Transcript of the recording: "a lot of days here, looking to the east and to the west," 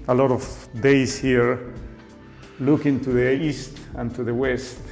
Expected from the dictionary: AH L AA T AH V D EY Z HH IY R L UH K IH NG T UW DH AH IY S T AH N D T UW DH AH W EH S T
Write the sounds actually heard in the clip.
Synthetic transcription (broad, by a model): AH L AA T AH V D EY S HH IY R L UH K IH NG T UW DH AH IY S T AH N T UW DH AH W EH S T